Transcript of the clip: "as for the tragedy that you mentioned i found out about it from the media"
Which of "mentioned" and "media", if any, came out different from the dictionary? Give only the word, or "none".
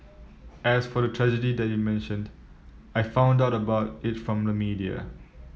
none